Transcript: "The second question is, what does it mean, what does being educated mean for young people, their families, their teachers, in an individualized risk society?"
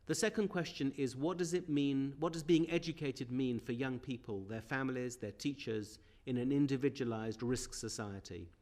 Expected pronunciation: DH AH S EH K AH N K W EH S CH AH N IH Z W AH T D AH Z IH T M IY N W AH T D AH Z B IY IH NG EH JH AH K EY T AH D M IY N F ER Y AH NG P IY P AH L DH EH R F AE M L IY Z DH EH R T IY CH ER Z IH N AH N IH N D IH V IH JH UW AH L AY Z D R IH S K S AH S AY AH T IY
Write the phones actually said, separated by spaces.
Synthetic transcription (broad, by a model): DH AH S EH K AH N K W EH S CH AH N IH Z W AH T D AH Z IH T M IY N W AH T D AH Z B IY IH NG EH JH AH K EY T AH D M IY N F ER Y AH NG P IY P AH L DH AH R F AE M L IY Z DH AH R T IY CH ER Z IH N AH N IH N D IH V IH JH UW AH L AY Z D R IH S K S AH S AY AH T IY